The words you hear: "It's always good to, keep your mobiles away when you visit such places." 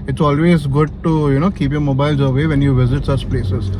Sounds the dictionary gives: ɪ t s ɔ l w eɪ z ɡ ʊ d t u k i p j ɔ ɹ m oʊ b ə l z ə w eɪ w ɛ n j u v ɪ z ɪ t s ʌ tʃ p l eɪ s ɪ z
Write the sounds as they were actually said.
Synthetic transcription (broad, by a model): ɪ t s ɔ l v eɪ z ɡ ʊ d t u k i p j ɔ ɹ m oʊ b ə l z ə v eɪ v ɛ n j u v ɪ z ɪ t s ʌ tʃ p l eɪ s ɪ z